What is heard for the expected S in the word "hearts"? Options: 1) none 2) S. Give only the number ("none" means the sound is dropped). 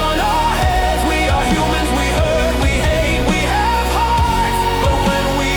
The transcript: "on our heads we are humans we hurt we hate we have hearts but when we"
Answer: 1